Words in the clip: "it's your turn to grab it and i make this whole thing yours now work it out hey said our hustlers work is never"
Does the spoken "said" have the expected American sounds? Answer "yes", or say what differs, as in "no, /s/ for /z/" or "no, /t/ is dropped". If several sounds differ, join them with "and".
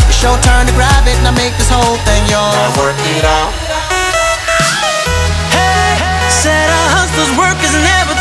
yes